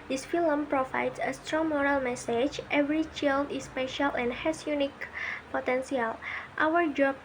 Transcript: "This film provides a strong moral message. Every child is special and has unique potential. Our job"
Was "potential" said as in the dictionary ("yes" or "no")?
no